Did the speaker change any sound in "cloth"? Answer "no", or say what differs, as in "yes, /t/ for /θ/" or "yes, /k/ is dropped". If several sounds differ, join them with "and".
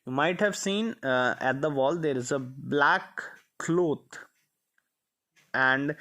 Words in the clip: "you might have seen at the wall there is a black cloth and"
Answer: yes, /t/ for /θ/